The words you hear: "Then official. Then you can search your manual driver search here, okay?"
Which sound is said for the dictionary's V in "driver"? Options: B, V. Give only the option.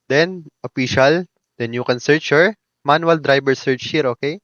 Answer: B